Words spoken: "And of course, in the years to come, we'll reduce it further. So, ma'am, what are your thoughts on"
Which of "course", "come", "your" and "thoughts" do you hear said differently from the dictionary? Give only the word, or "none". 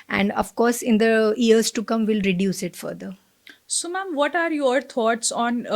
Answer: thoughts